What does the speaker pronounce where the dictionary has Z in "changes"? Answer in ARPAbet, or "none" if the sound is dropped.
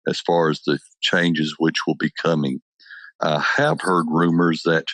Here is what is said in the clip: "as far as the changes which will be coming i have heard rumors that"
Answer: Z